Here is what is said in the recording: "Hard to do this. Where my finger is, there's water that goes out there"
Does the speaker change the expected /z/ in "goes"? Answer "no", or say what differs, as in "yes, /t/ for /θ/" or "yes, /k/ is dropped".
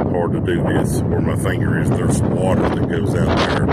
no